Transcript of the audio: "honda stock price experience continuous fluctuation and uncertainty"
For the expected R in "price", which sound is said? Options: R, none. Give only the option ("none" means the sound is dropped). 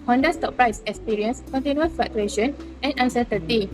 R